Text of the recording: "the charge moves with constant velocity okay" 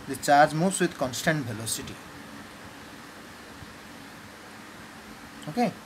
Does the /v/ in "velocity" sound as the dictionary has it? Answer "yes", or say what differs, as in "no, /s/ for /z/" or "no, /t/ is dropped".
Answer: no, /b/ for /v/